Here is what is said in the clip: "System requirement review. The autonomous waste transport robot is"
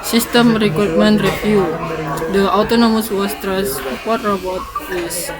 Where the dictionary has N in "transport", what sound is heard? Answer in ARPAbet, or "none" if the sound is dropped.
none